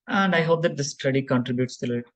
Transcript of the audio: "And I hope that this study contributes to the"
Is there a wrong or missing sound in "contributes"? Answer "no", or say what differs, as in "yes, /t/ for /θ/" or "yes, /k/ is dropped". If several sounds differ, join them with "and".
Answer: no